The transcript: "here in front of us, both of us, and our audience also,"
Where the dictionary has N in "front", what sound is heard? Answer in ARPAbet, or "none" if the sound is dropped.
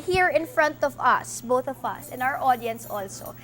N